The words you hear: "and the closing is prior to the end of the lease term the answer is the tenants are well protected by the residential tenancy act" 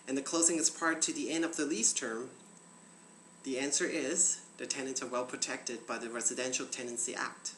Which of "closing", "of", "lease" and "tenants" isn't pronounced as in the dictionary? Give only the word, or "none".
none